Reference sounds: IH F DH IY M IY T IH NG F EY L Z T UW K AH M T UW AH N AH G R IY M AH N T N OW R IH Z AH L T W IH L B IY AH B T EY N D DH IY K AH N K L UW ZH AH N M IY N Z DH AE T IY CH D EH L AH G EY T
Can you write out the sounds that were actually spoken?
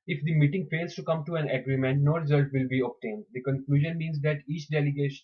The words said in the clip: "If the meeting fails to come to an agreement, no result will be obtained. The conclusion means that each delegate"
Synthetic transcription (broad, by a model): IH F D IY M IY T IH NG F EY L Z T UW K AH M T UW AH N AH G R IY M AH N T N OW R IH Z AH L T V IH L B IY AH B T EY N D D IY K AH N K L UW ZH AH N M IY N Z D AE T IY CH D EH L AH G EY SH